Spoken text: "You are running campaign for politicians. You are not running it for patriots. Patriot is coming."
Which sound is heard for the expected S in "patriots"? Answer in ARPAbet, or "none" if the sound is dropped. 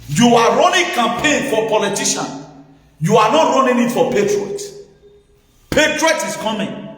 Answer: none